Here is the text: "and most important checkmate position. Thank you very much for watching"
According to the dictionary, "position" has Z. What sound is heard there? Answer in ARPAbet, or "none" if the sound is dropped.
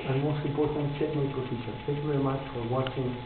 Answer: S